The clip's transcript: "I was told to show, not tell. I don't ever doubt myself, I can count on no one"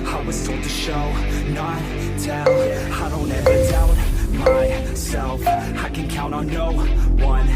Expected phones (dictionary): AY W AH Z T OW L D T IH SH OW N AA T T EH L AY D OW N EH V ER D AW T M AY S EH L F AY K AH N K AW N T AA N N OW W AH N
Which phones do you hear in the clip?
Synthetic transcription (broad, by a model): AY W AH Z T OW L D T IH SH OW N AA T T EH N AY D OW N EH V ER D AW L M AY S EH L F AY K AH N K AW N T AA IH N OW W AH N